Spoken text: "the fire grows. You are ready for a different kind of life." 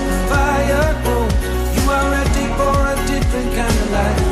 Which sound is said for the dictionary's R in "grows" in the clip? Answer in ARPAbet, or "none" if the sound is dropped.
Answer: none